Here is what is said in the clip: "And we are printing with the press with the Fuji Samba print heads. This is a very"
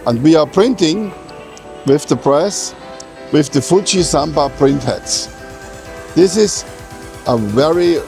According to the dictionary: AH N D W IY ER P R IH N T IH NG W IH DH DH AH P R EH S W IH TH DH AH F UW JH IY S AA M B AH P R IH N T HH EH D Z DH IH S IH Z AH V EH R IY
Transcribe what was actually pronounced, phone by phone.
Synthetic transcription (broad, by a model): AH N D W IY ER P R IH N T IH NG W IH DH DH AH P R EH S W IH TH DH AH F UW CH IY S AA M B AH P R IH N T HH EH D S DH IH S IH Z AH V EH R IY